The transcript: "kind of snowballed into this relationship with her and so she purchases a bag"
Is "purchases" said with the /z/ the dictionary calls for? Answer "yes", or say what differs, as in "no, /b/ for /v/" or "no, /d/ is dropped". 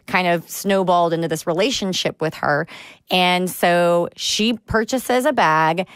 yes